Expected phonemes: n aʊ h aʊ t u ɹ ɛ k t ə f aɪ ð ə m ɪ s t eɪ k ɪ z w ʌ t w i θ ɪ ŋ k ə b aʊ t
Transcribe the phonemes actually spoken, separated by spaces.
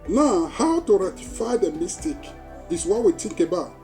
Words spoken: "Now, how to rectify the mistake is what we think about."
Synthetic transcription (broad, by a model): n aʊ h aʊ t u ɹ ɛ t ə f aɪ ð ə m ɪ s t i k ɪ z w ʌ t w i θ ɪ ŋ k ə b aʊ t